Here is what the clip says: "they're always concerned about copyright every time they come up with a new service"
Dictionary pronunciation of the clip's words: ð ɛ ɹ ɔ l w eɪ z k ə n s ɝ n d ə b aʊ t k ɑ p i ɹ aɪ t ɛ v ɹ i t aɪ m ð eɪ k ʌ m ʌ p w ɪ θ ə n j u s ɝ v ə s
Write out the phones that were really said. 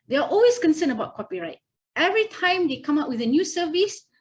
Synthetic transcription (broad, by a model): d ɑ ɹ ɔ l w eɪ s k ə n s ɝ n ə b aʊ t k ɑ p i ɹ aɪ t ɛ v ɹ i t aɪ m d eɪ k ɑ m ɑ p w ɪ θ ə n j u s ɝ v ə s